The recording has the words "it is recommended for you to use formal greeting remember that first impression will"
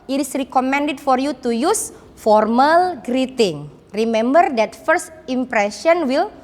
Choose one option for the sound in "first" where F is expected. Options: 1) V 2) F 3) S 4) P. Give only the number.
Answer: 2